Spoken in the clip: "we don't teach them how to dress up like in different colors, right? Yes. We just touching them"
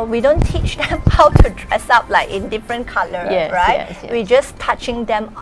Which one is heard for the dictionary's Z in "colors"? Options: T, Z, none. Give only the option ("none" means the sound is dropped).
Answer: none